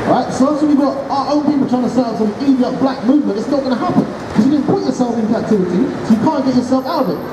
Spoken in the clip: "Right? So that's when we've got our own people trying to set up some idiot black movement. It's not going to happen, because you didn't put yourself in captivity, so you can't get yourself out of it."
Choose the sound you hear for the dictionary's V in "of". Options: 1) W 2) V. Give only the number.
2